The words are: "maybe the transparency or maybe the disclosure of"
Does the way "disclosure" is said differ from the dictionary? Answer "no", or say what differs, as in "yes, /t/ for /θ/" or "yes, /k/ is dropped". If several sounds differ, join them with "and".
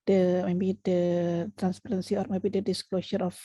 yes, /s/ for /ʒ/